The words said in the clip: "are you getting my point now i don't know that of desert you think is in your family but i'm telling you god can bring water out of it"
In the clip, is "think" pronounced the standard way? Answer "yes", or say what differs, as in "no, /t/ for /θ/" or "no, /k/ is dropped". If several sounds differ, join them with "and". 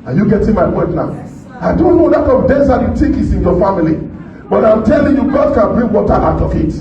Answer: no, /t/ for /θ/ and /ŋ/ is dropped